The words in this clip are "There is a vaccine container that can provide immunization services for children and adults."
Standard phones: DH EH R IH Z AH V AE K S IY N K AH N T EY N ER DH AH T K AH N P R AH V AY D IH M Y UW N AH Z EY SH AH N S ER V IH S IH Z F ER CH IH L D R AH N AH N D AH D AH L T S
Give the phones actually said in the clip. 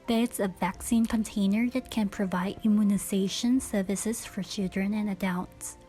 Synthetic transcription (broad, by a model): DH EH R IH S AH V AE K S IY N K AH N T EY N ER DH AH T K AH N P R AH V AY D IH M Y UW N AH Z EY SH AH N S ER V IH S IH Z F ER CH IH L D R AH N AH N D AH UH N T S